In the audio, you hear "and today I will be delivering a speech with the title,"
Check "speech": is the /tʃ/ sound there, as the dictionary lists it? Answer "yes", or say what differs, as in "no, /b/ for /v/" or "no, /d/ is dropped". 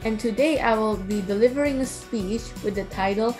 yes